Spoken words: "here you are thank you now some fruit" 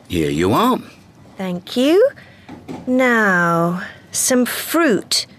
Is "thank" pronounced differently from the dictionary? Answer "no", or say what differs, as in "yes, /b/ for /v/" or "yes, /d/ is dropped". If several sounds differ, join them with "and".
no